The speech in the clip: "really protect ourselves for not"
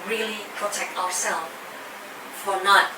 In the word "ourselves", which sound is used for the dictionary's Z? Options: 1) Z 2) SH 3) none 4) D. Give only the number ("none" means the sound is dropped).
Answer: 3